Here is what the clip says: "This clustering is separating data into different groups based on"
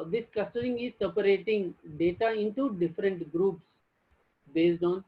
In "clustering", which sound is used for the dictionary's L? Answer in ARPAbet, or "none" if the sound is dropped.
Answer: none